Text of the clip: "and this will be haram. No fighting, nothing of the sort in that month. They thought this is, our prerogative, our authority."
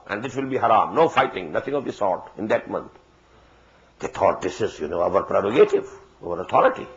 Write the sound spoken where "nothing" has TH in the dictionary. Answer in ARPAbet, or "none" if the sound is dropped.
T